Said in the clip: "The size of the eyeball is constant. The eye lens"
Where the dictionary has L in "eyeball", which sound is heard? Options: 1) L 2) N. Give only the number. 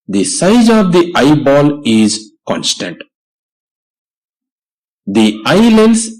1